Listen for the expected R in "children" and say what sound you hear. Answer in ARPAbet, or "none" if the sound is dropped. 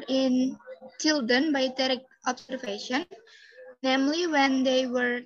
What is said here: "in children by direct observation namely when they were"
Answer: none